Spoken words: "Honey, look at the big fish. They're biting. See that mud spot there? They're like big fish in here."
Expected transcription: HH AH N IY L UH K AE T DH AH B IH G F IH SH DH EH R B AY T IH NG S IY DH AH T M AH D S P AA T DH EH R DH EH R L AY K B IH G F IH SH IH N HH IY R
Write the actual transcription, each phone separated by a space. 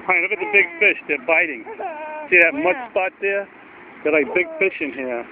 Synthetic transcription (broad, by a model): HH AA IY N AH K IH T DH AH B IH G F IH SH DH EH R B AY T IH NG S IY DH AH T M AH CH S P AA T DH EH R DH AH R L AY K B IH G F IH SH IH N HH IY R